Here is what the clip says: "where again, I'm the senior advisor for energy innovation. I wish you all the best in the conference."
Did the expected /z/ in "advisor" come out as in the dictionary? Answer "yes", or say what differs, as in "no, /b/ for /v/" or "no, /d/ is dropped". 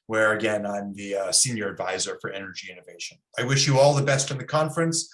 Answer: yes